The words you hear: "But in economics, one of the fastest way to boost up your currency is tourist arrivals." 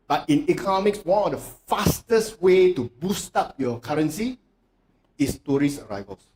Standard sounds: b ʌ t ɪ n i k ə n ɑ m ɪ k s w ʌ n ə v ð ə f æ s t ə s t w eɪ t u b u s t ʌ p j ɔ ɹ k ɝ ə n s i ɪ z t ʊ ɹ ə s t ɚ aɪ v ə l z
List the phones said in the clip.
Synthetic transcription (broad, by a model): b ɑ t ɪ n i k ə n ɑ m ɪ k s w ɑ n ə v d ə f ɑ s t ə s t w eɪ t u b u s t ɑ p j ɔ k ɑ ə n s i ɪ s t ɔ ɹ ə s ɚ aɪ v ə l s